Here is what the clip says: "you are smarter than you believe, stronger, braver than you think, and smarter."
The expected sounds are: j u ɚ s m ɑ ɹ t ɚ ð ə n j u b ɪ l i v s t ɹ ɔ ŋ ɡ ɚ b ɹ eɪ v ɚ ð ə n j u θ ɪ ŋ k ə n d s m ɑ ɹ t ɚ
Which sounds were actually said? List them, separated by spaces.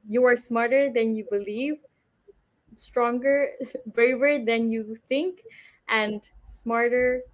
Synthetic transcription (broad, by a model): j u ɚ s m ɑ ɹ t ɚ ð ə n j u b ɪ l i v s t ɹ ɔ ŋ ɡ ɚ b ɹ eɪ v ɚ ð ə n j u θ ɪ ŋ k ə n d s m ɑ ɹ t ɚ